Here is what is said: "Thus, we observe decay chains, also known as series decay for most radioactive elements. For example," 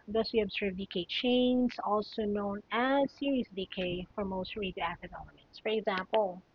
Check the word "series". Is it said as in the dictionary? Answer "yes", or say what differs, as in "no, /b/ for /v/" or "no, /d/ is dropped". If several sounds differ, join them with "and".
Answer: no, /s/ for /z/